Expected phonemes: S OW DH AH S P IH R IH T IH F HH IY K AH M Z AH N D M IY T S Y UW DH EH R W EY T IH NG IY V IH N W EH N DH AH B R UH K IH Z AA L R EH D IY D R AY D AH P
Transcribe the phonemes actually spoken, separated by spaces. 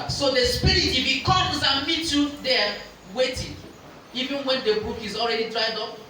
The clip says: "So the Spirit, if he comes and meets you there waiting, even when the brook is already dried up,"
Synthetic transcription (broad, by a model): S OW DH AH S P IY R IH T IH F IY K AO M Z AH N M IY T Y UW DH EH W EY T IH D IY V IH N W EH N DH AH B UW K IH Z AA L R EH D IY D R AY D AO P